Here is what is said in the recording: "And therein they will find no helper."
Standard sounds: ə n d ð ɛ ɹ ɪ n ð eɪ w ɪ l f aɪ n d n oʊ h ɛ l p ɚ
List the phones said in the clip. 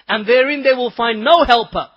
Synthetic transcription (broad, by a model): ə n ð ɛ ɹ ɪ n ð eɪ w ɪ l f aɪ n n oʊ h ɛ l p ɚ